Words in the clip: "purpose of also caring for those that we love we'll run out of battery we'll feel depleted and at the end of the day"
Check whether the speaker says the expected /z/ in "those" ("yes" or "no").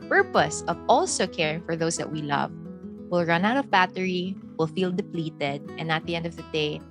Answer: no